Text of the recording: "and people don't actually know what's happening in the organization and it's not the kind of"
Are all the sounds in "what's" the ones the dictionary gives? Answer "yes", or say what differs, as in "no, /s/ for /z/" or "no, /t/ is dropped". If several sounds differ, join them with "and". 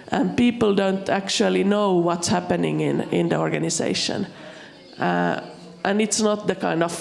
yes